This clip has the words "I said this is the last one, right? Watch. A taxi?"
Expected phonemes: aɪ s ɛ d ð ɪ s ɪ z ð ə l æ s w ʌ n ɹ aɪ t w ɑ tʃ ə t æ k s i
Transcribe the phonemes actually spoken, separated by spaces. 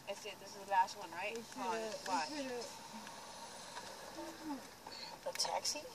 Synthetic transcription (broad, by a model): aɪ s ɛ d ð ɪ s ɪ z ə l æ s w ʌ n ɹ aɪ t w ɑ ə t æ k s i